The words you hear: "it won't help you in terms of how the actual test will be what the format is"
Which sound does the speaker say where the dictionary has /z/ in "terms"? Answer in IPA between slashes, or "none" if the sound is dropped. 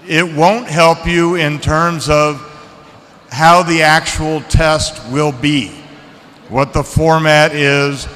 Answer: /z/